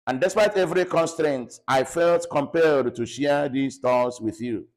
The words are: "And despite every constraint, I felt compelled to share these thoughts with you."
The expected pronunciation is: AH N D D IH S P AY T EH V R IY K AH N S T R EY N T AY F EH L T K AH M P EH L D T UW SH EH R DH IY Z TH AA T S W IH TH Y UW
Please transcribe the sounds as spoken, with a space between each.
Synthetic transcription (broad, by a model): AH N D D IH S P AY T EH V R IY K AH N S T R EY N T AY F EH L T K AH M P EH L D T UW SH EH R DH IY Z T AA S W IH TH Y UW